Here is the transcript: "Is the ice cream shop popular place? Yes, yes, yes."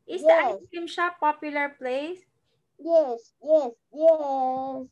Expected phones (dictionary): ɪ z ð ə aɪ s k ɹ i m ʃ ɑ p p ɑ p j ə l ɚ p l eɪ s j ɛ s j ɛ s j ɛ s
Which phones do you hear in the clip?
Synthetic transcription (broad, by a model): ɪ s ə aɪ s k i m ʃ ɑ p p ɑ p j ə l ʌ p l eɪ s j ɛ s j ɛ s j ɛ s